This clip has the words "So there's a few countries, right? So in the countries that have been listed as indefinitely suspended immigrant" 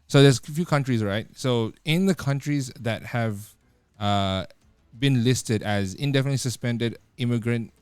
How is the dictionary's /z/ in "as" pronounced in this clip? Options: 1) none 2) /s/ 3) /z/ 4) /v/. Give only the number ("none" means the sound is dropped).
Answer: 3